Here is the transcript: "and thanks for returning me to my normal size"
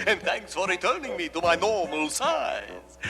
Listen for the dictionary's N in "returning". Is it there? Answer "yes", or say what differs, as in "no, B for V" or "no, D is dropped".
yes